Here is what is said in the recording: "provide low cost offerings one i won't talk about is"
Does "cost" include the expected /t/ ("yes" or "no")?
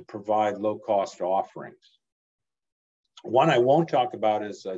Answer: yes